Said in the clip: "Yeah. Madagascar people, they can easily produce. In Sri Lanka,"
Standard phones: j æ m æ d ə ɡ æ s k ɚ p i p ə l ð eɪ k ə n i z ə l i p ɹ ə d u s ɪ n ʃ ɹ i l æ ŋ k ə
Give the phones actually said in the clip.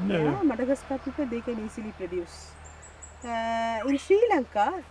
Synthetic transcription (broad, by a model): m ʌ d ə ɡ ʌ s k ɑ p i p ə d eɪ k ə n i s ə l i p ɹ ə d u s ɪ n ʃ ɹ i l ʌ ŋ k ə